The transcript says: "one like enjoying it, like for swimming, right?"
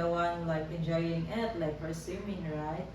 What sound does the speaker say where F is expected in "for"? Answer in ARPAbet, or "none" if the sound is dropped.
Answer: P